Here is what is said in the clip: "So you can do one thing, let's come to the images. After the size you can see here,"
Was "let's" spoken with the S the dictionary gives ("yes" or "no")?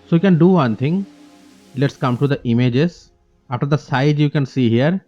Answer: yes